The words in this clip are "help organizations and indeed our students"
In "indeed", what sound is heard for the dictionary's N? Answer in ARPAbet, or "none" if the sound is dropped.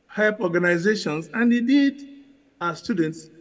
none